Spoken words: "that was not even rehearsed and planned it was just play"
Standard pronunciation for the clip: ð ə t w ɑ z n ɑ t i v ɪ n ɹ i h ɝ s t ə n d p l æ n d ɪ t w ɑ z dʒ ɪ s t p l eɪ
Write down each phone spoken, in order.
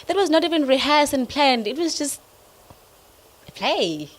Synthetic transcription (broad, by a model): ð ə t w ɑ z n ɑ t i v ɪ n ɹ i h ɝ s ə n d p l æ n d ɪ t w ɑ z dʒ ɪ s t p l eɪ